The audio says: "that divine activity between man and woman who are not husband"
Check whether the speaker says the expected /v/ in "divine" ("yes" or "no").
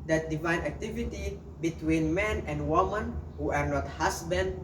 yes